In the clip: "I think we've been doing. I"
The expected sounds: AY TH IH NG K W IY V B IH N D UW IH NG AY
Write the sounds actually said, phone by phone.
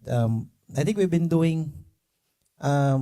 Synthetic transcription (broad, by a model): AY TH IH NG K W IY V B IH N D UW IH NG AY